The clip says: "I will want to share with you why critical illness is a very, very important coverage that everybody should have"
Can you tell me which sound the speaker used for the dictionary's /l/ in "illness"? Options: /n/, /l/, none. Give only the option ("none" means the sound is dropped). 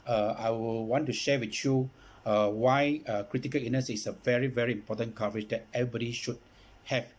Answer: none